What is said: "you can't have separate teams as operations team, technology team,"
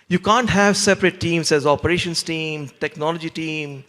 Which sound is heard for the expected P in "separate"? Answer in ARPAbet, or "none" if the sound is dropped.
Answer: P